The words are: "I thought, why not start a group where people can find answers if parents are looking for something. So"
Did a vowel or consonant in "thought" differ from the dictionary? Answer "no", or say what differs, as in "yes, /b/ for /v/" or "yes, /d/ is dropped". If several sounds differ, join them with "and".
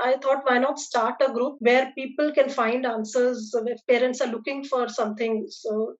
yes, /t/ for /θ/